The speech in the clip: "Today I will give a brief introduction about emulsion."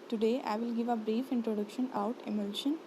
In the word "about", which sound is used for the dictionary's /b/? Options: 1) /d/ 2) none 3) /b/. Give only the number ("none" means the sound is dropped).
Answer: 2